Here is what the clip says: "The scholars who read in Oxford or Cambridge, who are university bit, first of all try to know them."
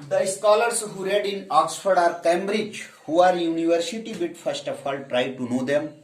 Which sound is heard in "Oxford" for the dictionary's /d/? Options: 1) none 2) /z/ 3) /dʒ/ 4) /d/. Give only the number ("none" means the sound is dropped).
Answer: 4